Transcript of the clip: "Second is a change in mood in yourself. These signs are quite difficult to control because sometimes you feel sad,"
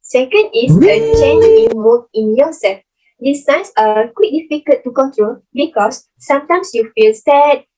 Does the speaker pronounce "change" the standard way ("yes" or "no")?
no